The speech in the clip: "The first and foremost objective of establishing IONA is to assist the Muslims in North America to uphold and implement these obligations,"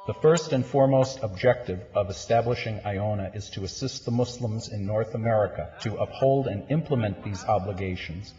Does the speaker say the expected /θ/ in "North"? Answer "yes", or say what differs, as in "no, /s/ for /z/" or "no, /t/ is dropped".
yes